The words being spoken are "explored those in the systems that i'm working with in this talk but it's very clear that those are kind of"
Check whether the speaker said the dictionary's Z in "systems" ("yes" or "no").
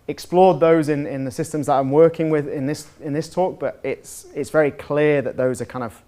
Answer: yes